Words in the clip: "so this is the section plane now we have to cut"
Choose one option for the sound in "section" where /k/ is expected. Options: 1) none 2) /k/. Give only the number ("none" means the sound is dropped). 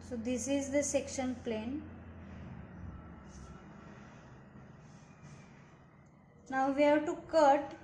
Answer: 2